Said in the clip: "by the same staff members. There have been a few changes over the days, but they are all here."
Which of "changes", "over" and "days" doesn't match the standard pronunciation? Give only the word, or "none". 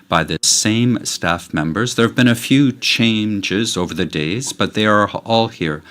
none